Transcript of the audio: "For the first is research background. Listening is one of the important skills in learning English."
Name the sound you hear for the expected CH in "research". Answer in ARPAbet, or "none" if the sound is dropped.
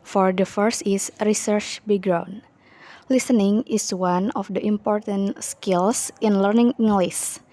CH